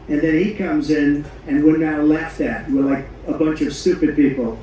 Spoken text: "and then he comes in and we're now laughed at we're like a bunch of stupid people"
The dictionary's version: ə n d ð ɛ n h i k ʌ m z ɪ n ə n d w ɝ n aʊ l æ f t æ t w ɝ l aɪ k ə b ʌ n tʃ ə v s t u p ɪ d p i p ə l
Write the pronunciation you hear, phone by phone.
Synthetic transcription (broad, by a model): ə n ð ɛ n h i k ʌ m z ɪ n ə n w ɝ n aʊ l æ f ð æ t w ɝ l aɪ k ə b ʌ n tʃ ə v s t u p ɪ d p i p l